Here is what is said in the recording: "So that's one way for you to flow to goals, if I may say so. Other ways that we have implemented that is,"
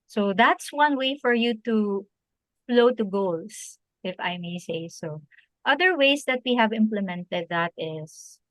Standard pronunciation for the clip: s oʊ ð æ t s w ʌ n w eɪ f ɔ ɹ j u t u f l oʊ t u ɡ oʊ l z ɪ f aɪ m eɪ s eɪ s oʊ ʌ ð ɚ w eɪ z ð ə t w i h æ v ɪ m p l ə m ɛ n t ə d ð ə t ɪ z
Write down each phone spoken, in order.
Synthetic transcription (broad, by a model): s oʊ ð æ t s w ʌ n w eɪ f ɔ ɹ j u t u f l oʊ t u ɡ oʊ l s ɪ f aɪ m eɪ s eɪ s oʊ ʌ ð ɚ w eɪ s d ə t w i h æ v ɪ m p l ə m ɛ n t ə d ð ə t ɪ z